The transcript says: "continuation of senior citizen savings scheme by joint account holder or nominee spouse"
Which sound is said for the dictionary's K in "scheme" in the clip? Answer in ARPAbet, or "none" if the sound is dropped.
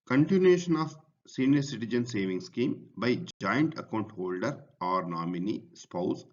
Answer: K